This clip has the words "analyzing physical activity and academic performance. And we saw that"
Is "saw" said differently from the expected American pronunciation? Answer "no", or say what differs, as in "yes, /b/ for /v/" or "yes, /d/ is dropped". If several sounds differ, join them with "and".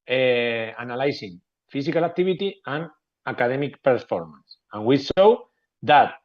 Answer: yes, /ʃ/ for /s/